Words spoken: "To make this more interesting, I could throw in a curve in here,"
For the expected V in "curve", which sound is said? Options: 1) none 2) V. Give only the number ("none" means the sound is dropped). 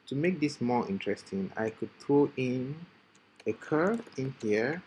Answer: 1